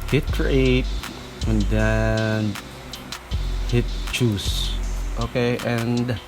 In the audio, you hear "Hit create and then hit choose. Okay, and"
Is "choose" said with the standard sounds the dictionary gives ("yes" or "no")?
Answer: no